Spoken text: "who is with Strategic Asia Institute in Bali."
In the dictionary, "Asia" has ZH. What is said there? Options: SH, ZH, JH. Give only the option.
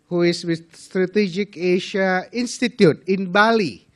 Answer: SH